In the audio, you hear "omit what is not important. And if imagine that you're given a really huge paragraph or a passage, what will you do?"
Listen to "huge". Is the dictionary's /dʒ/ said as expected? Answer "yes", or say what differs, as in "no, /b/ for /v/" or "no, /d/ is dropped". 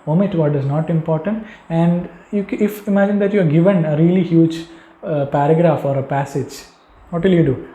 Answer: yes